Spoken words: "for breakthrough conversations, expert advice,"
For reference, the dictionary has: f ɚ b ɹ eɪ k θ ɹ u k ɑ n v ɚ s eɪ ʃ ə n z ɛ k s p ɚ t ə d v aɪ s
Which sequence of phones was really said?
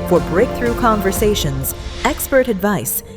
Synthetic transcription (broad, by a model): f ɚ b ɹ eɪ k θ ɹ u k ɑ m v ɚ s eɪ ʃ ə n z ɛ k s p ɚ t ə d v aɪ s